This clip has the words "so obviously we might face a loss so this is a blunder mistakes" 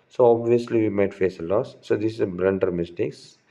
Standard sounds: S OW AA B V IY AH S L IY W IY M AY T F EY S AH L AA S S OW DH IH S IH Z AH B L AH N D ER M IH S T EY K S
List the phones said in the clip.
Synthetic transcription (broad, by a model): S OW AA B V IY AH S L IY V IY M AY T F EY S AH L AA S S OW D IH S IH Z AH B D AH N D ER M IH S T EY K S